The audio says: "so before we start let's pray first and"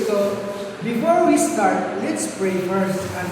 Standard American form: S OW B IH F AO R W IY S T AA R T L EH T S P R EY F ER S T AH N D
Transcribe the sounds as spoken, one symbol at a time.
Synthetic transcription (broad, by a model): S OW B IH F AO R W IY S T AA R T L EH T S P R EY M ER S AH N